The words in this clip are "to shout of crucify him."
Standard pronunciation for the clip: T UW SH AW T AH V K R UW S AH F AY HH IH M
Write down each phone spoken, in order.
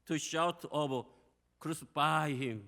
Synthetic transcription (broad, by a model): T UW SH AW T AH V K R UW S AH F AY HH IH M